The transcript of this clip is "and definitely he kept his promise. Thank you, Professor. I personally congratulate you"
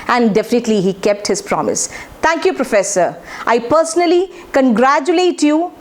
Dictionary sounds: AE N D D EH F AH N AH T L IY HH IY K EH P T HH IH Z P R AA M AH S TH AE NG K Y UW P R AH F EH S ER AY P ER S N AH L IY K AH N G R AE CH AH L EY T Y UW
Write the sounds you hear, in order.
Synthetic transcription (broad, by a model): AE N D D EH F AH N AH T L IY HH IY K EH P T HH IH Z P R AA M AH S T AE NG K Y UW P R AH F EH S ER AY P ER S N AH L IY K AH N G R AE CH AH L EY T Y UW